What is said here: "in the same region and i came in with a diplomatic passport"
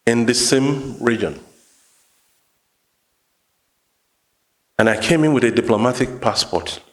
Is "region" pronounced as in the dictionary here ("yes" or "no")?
yes